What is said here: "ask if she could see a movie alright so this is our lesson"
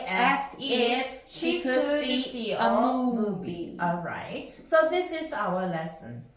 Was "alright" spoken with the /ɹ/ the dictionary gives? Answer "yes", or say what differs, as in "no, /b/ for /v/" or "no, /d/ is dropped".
yes